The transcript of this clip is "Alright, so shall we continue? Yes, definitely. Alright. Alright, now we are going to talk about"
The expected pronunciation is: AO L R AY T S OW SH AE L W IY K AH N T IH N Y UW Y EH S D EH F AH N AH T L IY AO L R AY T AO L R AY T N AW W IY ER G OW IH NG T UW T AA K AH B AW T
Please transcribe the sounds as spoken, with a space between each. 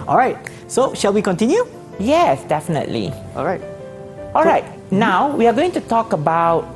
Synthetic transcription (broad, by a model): AO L R AY T S OW SH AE L W IY K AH N T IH N Y UW Y EH S D EH F AH N AH T L IY AO L R AY T AO L R AY T N AW W IY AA G OW IH NG T UW T AA K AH B AW T